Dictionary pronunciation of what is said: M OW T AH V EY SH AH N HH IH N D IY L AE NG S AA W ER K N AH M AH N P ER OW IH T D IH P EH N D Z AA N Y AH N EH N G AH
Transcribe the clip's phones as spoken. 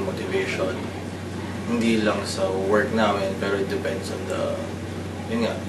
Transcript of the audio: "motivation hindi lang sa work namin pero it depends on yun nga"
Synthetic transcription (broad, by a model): M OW T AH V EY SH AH N HH IH N D IY L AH NG S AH W ER K N AH M AH N P ER OW IH T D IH P EH N D S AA N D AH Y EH N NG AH